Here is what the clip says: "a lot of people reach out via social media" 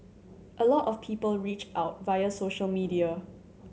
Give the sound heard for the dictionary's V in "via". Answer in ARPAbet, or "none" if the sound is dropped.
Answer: V